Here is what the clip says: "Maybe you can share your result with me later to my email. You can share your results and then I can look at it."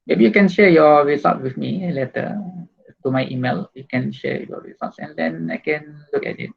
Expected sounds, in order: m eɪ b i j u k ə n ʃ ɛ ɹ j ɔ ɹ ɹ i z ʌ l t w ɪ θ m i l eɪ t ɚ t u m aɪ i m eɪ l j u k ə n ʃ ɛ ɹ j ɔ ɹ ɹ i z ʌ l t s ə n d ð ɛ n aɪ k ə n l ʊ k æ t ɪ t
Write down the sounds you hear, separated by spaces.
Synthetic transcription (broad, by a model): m eɪ b i j u k ə n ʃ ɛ j ɔ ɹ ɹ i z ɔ t w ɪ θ m i l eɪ t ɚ t u m aɪ i m eɪ l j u k ə n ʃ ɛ j ɔ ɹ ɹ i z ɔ t s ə n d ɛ n aɪ k ə n l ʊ k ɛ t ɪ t